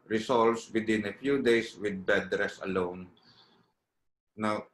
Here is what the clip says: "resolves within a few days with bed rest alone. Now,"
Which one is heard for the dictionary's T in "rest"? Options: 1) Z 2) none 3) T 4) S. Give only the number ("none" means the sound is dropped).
2